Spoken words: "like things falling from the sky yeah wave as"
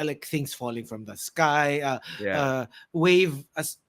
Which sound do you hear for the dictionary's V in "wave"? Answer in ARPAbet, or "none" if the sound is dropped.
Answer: V